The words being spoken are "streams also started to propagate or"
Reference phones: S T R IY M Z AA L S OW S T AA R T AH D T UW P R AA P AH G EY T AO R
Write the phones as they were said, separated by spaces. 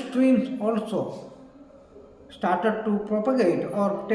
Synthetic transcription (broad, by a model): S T R IY M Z AA L S OW S T AA R T AH D T UW P R AA P AH G EY T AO R